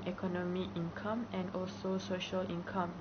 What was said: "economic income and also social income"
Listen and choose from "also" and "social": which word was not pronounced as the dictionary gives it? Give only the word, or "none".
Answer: none